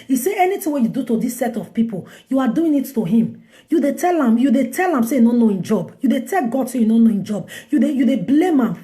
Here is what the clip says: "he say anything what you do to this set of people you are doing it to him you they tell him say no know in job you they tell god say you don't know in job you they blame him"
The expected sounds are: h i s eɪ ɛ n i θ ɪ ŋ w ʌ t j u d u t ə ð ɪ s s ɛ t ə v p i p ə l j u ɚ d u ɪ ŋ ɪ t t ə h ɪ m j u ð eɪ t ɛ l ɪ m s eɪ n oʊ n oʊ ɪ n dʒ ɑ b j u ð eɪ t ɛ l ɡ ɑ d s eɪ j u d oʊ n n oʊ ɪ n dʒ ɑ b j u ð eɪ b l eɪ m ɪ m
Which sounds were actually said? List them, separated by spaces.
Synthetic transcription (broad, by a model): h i s eɪ ɛ n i t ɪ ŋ w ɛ j u d u t ə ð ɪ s s ɛ t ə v p i p ə l j u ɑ d u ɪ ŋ ɪ t t ə h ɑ m j u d eɪ t ɛ l ɪ m s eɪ n oʊ n oʊ ɪ n dʒ ɑ b j u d eɪ t ɛ l ɡ ɑ d s eɪ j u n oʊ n n oʊ ɪ n dʒ ɑ b j u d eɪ b l eɪ m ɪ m